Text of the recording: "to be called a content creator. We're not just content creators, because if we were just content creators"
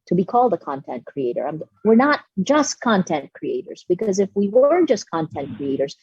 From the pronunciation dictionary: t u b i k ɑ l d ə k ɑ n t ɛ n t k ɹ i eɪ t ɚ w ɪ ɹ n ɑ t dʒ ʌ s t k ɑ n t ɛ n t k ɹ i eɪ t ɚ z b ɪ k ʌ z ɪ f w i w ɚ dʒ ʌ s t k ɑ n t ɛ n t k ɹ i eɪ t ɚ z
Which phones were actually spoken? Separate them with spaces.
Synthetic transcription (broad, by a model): t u b i k ɑ l d ə k ɑ n t ɛ n t k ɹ i eɪ t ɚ w ɪ ɹ n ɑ t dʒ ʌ s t k ɑ n t ɛ n t k ɹ i eɪ t ɚ z b ɪ k ʌ z ɪ f w i w ɚ dʒ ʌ s k ɑ n t ɛ n t k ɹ i eɪ t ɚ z